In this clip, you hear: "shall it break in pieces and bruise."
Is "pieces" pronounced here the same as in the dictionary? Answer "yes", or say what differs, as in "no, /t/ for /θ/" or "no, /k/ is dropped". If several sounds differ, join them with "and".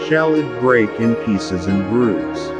yes